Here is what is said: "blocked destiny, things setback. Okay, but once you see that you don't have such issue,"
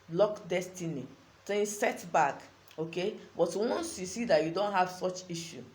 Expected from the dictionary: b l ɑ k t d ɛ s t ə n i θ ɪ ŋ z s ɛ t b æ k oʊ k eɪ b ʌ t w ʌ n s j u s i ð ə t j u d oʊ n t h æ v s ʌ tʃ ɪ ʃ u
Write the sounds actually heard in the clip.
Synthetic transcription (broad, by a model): l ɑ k d ɛ s t ə n i t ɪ s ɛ t b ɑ k oʊ k eɪ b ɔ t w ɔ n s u s i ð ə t j u d oʊ n t h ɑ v s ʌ tʃ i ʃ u